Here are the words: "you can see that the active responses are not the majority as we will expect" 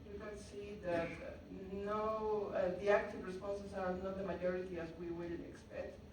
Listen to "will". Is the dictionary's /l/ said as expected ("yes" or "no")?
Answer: no